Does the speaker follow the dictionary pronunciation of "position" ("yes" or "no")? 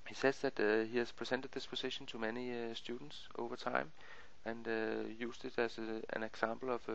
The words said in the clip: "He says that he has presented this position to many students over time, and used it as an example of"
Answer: no